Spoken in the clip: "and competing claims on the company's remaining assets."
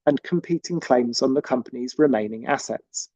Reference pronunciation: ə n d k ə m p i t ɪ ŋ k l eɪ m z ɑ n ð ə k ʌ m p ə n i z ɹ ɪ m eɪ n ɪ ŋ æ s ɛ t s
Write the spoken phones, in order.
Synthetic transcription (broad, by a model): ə n k ə m p i t ɪ ŋ k l eɪ m z n ð ə k ʌ m p ə n i z ɹ ɪ m eɪ n ɪ ŋ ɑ s ɛ t s